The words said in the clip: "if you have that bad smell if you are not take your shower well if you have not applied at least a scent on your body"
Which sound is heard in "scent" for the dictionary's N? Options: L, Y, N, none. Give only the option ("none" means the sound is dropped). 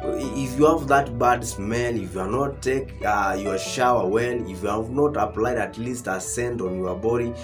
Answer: N